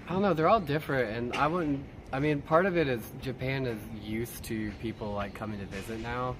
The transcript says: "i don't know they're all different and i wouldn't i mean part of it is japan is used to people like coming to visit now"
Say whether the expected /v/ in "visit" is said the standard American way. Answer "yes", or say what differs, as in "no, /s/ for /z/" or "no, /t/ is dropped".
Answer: yes